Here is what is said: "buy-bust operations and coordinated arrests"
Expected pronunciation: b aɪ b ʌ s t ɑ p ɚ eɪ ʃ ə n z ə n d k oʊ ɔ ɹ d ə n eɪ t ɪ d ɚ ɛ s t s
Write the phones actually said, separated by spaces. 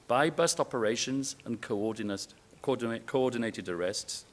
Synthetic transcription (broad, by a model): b aɪ b ʌ s t ɑ p ɚ eɪ ʃ ə n z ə n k k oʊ ɔ d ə n eɪ t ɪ d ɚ ɛ s t s